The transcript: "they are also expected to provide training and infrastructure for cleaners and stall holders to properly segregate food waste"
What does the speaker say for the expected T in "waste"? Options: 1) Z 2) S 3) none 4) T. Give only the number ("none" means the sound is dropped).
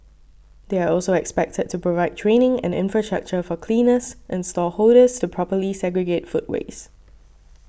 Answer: 3